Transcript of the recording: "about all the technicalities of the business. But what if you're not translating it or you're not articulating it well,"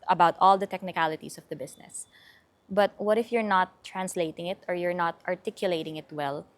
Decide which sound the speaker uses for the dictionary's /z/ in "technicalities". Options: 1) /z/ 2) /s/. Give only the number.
2